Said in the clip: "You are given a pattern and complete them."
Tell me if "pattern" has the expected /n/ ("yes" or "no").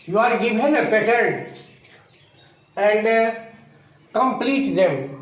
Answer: no